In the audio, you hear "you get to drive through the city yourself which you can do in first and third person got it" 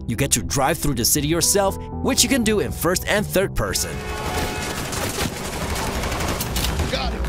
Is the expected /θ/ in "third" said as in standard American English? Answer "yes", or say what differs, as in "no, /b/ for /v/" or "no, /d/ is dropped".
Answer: yes